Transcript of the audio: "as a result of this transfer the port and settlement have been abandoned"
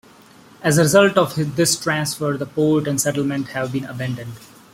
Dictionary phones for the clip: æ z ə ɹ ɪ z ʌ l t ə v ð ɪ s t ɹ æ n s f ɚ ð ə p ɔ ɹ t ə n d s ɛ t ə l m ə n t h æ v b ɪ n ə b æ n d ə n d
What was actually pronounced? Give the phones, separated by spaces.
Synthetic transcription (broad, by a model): æ z ə ɹ ɪ z ʌ l t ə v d ɪ s t ɹ æ n s f ɚ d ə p ɔ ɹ t ə n d s ɛ t ə l m ə n t h æ v b ɪ n ə b æ n d ə n d